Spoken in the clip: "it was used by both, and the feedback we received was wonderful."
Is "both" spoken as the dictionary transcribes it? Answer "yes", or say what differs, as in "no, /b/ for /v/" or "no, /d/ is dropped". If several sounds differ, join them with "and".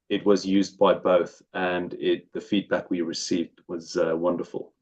yes